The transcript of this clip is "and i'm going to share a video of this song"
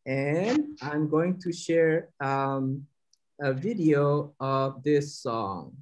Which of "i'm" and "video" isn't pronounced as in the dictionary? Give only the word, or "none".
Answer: none